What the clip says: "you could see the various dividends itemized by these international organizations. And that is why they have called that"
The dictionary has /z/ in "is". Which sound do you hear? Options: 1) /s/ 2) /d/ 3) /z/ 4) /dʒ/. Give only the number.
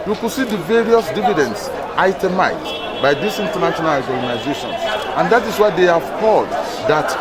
1